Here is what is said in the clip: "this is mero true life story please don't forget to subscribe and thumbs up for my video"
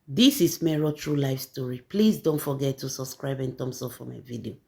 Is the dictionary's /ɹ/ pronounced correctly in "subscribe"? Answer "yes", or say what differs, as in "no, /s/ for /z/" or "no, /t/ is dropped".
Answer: yes